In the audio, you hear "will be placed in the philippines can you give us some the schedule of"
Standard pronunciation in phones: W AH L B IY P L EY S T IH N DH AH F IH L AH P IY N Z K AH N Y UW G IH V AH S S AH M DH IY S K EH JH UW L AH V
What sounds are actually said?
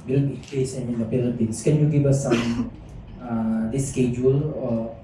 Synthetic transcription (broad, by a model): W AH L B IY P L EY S IH N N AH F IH L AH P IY N S K AH N Y UW G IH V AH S S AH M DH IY S K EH JH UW L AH